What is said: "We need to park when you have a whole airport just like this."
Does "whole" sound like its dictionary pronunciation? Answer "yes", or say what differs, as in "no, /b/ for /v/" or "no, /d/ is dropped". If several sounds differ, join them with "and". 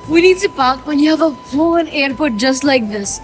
no, /n/ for /l/